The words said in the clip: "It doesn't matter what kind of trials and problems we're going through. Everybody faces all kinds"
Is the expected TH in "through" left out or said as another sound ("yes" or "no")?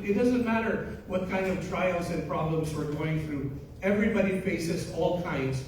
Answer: no